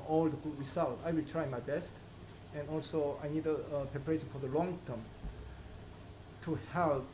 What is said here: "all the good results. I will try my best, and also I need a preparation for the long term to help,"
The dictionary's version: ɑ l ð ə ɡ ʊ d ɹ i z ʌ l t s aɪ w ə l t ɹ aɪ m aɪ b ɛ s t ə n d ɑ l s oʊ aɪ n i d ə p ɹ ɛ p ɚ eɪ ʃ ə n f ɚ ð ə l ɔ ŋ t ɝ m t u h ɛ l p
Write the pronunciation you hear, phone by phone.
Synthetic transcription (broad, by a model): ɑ l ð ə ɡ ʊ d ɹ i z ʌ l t aɪ w ə l t ɹ aɪ m aɪ b ɛ s t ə n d ɑ l s oʊ aɪ n i d ə p ɹ ɛ p ɚ eɪ ʃ ə n f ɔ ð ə l ɔ ŋ t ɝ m t u h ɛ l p